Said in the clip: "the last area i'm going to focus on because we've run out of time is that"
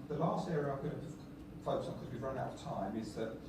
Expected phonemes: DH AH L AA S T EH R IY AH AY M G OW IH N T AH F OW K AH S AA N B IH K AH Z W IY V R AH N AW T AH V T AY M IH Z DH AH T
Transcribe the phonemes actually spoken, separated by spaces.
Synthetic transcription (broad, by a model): DH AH L AA S T EH R IY AH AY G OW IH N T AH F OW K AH UH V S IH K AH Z W IY V R AH N AW T AH V T AY M IH Z DH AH T